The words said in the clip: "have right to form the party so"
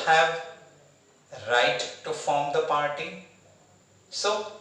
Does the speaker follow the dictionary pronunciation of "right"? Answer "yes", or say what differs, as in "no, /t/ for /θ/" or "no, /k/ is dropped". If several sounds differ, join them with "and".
yes